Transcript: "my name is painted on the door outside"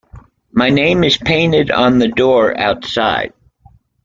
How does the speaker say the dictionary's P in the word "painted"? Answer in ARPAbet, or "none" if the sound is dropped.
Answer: P